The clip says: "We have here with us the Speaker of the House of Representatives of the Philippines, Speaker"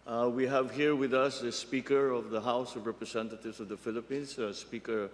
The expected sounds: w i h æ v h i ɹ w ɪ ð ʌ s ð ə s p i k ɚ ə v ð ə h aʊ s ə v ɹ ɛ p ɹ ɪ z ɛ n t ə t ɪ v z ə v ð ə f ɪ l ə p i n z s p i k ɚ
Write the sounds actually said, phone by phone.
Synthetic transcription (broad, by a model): w i h æ v h i ɹ w ɪ ð ʌ s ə s p i k ɚ ə v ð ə h aʊ s ə v ɹ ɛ p ɹ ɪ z ɛ n t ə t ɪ v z ə v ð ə f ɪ l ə p i n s s p i k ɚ